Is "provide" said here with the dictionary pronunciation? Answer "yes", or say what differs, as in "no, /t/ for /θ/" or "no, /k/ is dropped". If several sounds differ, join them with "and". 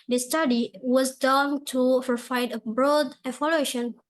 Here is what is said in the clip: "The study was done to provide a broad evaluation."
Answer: no, /f/ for /v/